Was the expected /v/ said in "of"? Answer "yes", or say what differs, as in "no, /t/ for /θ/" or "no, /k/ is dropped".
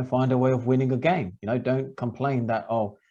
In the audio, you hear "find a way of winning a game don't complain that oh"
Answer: yes